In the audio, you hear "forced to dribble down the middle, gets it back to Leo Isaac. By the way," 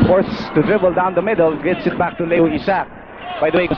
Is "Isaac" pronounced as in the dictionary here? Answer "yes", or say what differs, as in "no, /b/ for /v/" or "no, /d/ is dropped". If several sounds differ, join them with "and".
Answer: no, /s/ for /z/